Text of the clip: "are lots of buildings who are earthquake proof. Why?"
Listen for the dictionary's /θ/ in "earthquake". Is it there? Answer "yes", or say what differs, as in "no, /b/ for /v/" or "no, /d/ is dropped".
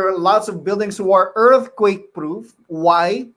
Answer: yes